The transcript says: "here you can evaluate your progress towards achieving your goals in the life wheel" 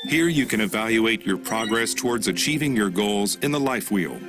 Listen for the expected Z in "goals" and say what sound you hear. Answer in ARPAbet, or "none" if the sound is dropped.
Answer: Z